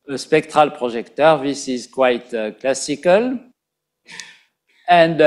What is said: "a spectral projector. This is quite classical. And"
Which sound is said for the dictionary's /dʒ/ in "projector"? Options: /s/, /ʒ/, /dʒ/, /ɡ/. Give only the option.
/ʒ/